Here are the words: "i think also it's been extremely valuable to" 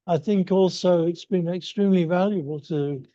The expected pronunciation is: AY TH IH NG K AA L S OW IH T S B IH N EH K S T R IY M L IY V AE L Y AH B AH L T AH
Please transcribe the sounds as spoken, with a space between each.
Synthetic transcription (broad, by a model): AY TH IH NG K AA L S OW IH T S B IH N EH K S T R IY M L IY V AE L Y AH B AH L T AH